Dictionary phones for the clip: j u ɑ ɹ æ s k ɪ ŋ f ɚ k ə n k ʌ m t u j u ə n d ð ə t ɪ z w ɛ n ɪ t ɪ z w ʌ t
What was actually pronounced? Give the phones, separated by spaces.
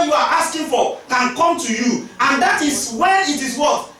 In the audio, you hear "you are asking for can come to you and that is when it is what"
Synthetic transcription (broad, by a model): j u ɑ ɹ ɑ s k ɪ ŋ f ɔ k ə n k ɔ m t u j u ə n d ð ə t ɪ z w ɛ ɪ t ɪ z w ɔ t